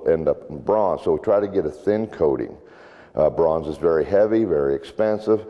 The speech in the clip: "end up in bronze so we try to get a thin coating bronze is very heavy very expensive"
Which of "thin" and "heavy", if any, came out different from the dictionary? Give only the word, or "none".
none